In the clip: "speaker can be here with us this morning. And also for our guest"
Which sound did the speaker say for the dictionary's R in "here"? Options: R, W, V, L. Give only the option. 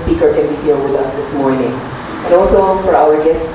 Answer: L